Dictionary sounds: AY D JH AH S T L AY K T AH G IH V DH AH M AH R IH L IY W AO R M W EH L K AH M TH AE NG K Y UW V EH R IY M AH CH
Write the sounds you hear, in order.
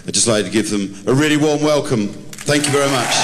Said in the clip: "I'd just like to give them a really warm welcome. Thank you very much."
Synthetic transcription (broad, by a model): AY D JH AH S T L AY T T AH G IH V DH AH M AH R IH L IY W AO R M W EH L K AH M TH AE NG K Y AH V EH R IY M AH CH